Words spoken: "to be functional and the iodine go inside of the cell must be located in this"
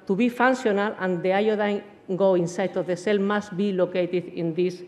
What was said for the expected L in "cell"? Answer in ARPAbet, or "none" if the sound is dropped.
L